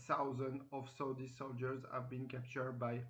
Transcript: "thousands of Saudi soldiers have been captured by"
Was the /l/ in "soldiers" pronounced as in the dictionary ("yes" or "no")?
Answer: yes